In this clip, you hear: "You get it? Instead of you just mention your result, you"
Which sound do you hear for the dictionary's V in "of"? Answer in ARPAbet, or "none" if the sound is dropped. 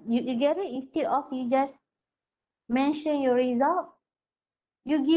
F